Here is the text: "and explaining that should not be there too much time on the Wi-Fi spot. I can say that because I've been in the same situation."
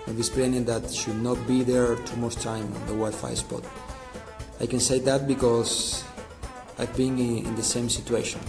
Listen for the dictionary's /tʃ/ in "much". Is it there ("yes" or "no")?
no